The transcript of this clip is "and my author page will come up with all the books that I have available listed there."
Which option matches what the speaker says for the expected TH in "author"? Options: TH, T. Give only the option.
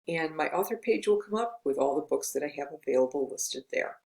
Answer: TH